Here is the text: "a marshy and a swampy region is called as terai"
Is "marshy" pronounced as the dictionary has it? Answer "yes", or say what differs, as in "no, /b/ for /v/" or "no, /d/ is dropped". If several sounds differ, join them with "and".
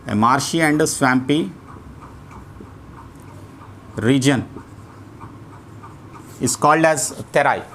yes